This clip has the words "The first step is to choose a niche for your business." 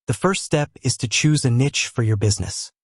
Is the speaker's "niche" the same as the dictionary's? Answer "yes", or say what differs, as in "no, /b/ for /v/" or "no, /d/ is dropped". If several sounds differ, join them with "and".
yes